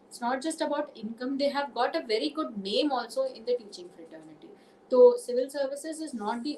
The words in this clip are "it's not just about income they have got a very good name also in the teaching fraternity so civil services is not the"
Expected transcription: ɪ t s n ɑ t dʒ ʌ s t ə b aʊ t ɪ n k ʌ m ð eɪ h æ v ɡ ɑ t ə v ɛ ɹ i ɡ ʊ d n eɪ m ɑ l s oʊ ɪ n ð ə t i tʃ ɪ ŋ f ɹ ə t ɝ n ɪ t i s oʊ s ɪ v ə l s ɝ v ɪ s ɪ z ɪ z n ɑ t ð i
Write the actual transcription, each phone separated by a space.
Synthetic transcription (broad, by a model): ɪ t s n ɑ t dʒ ʌ s t ə b aʊ t ɪ n k ʌ m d eɪ h æ v ɡ ɑ t ə v ɛ ɹ i ɡ ʊ d n eɪ m ɑ l s oʊ ɪ n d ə t i tʃ ɪ ŋ f ɹ ə t ɝ n ɪ t i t oʊ s ɪ v ə l s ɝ v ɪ s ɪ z ɪ z n ɑ t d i